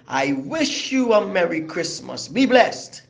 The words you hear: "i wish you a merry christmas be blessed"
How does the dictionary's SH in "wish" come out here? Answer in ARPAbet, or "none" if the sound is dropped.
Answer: SH